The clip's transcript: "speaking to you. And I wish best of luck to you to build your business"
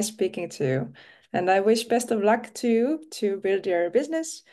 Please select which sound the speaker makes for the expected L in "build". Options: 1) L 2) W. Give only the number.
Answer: 1